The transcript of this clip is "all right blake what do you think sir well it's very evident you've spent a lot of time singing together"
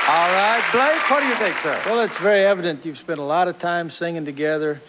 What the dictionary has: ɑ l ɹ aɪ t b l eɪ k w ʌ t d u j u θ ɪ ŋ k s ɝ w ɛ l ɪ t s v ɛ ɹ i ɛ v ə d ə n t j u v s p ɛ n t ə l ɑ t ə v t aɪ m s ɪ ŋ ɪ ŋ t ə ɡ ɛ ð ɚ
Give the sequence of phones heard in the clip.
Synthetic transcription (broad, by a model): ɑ l ɹ aɪ t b l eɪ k w ʌ t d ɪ j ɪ θ ɪ ŋ k s ɝ w ɛ l ɪ t s v ɛ ɹ i ɛ v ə d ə n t j u v s p ɛ n t ə l ɑ t ə v t aɪ m s ɪ ŋ ɪ ŋ t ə ɡ ɛ ð ɚ